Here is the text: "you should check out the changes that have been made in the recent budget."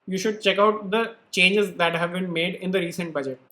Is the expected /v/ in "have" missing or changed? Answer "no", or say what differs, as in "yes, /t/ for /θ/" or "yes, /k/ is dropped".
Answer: no